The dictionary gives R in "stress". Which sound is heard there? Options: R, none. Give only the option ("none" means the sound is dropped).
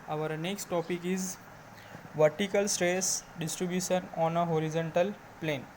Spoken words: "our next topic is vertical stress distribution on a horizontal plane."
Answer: R